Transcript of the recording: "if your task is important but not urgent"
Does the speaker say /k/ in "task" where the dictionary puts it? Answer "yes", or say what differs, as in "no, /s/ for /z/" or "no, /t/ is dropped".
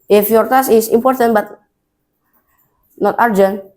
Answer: no, /k/ is dropped